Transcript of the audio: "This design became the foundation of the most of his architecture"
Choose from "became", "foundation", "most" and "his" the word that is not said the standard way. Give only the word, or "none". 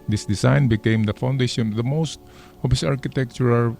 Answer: his